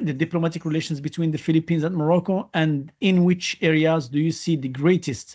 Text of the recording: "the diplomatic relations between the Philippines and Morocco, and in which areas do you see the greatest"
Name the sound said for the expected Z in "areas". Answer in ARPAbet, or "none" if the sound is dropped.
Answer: Z